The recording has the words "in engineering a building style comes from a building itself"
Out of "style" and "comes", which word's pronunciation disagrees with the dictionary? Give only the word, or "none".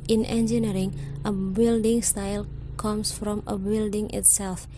comes